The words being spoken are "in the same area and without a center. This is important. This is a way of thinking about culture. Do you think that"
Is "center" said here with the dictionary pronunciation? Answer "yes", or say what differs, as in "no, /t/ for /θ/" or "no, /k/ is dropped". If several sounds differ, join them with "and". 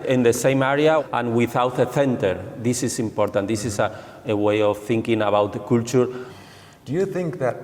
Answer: no, /θ/ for /s/